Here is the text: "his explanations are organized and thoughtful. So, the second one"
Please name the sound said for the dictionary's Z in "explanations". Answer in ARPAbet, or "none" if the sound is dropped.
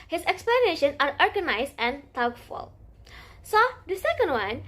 none